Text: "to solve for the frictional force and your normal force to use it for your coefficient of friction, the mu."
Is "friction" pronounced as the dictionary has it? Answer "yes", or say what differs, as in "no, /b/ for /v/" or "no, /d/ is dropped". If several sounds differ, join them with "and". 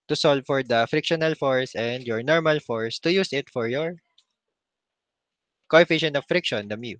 yes